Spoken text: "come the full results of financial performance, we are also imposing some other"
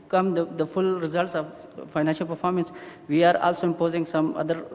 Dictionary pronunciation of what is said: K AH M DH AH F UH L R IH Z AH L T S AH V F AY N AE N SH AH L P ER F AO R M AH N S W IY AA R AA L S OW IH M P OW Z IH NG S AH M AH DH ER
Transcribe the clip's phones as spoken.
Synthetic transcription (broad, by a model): K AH M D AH F UH L R IH Z AH L T S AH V F AY N AE N SH AH L P ER F AO R M AH N S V IY AA R AA L S OW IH M P OW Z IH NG S AH M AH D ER